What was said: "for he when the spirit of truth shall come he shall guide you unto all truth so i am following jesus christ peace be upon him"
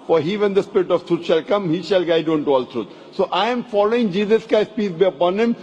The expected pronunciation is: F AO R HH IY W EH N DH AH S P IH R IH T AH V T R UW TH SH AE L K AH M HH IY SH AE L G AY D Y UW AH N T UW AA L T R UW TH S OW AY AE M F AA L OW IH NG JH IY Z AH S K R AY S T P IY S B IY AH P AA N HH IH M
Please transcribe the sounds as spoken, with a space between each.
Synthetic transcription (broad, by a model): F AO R HH IY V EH N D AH S P IH R IH T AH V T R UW T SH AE L K AH M HH IY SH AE L G AY D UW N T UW AA L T R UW T S OW AY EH M F AA L OW IH NG JH IY Z AH S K AY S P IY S B IY AH P AA N HH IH M